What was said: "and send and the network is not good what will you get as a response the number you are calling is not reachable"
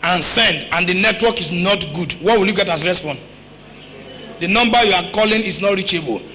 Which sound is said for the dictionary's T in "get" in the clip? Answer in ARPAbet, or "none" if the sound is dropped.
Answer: T